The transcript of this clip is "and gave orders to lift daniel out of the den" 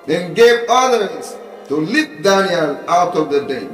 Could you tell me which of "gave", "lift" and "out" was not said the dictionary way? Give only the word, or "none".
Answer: lift